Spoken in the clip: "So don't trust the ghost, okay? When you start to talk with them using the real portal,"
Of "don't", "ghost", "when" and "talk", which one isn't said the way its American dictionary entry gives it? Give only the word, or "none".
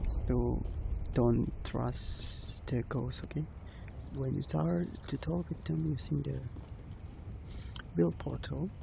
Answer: ghost